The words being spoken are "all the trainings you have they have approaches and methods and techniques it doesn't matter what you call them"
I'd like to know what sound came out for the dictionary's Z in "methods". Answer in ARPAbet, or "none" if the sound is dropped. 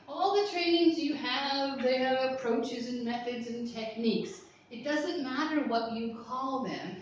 Z